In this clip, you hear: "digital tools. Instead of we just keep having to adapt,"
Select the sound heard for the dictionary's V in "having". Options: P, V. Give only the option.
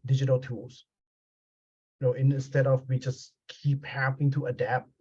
P